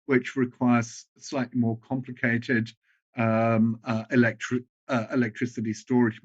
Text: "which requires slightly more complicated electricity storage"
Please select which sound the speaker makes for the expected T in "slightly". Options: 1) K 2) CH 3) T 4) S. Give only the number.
3